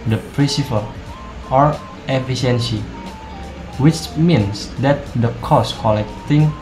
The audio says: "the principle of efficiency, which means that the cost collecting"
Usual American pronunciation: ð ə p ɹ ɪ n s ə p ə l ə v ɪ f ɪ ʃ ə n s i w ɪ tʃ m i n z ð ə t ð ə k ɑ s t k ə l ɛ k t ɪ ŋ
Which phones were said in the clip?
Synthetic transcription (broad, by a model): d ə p ɹ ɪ s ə f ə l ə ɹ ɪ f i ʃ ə n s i w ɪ tʃ m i n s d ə t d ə k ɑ s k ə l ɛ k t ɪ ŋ